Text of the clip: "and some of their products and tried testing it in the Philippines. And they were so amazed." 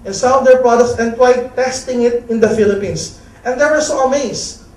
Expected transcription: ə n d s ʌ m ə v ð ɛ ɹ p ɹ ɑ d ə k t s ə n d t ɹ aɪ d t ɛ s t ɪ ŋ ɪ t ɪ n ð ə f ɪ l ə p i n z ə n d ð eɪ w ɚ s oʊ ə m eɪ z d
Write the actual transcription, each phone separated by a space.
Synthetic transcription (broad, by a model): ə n s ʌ ə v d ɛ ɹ p ɹ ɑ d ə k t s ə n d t w aɪ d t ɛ s t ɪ ŋ ɪ t ɪ n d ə f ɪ l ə p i n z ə n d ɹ w ɚ s oʊ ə m eɪ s